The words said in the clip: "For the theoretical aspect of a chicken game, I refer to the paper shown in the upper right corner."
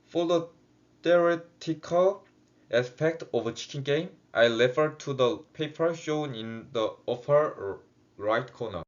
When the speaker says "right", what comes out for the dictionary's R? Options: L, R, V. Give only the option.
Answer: R